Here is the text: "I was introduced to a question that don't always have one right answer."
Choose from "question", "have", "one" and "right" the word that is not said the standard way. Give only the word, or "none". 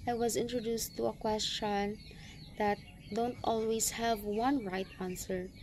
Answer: none